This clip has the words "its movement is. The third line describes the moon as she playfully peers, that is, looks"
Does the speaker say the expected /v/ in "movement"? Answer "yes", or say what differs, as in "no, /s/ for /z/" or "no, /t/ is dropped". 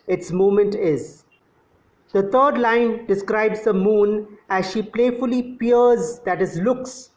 no, /v/ is dropped